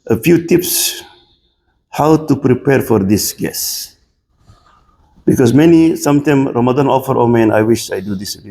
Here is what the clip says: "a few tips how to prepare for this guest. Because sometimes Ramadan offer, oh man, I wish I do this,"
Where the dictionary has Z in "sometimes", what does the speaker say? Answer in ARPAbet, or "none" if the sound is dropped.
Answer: none